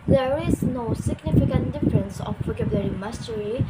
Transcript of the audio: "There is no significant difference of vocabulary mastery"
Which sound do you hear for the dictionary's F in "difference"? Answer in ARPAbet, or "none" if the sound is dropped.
F